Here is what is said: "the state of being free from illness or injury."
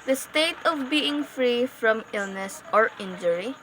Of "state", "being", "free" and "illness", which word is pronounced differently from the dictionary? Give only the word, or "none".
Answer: none